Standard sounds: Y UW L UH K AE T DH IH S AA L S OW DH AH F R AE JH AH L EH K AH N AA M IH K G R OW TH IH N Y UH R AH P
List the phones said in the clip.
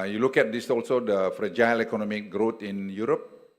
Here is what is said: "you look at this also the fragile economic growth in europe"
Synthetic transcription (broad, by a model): Y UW L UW K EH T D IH S AA L S OW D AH F R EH JH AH L EH K AH N AA M IH K G R OW T IH N Y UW R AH P